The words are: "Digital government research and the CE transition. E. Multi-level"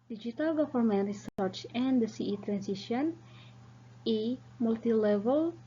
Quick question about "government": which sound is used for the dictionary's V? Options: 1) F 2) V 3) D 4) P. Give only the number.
1